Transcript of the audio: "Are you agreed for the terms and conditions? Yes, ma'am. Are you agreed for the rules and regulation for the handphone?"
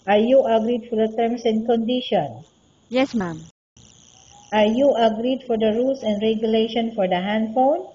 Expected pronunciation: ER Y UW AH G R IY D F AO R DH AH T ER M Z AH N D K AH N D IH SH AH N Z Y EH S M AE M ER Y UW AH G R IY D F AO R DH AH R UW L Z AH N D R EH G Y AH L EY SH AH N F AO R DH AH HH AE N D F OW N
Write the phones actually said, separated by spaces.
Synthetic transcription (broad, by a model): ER Y UW AH G R IY D F AO R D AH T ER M S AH N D K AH N D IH SH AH N Y EH S M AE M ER Y UW AH G R IY D F AO R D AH R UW L S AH N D R EH G Y AH L EY SH AH N F AO R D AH HH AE N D F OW N